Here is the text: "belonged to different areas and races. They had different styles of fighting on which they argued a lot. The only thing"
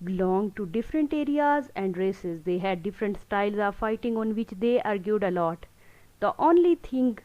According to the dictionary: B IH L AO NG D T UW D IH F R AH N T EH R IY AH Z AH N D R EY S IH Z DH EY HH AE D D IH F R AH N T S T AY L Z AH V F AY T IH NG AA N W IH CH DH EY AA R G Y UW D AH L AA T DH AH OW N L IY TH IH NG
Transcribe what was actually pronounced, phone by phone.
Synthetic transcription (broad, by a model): B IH L AO NG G T UW D IH F R AH N T EH R IY AH Z AH N D R EY S IH Z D EY HH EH D D IH F R AH N T S T AY L Z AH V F AY T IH NG AA N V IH CH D EY AA R G Y UW D AH L AA T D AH OW N L IY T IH NG